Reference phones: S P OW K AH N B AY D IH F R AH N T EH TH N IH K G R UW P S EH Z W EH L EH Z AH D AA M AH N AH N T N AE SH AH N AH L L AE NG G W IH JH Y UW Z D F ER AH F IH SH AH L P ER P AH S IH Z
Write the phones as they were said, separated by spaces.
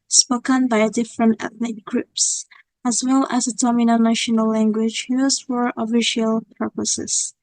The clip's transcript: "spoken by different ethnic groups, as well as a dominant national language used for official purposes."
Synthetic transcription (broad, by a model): S P OW K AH N B AY D IH F R AH N T EH TH N IH K G R UW P S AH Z W EH L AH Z AH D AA M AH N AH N N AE SH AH N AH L L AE NG G W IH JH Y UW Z F ER AH F IH SH AH L P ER P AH S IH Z